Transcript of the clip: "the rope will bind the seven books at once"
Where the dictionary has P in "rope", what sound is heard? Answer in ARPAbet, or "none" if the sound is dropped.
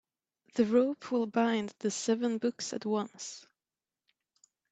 P